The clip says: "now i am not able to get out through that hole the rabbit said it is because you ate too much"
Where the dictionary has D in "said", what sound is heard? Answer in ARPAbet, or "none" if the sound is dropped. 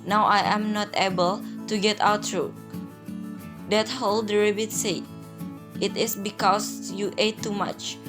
none